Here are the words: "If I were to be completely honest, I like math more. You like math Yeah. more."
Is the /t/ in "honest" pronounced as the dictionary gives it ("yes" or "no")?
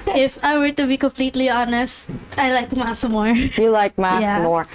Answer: yes